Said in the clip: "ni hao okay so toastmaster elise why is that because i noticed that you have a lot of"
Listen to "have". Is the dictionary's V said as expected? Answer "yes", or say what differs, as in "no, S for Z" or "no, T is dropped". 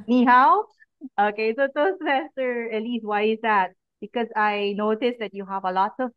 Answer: yes